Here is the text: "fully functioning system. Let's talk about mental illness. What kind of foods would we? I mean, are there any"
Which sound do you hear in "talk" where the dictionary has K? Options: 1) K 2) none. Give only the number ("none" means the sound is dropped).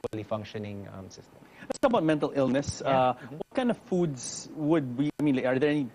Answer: 2